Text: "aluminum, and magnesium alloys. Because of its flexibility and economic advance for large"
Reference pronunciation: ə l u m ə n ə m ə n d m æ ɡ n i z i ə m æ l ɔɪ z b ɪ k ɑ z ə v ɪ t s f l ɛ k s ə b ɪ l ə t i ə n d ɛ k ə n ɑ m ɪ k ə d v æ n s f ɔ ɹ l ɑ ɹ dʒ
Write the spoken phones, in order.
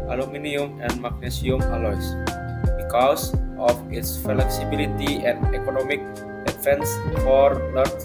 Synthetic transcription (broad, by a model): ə l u m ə n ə m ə n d m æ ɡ n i s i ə m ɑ l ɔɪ s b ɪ k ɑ s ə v ɪ t s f l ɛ k s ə b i l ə t i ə n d ɛ k ə n ɑ m ɪ k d f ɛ n s f ɔ ɹ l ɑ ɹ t